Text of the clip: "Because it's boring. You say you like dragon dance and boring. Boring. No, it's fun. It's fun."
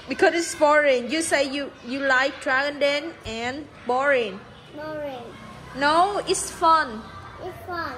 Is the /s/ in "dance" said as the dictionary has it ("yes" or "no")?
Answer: no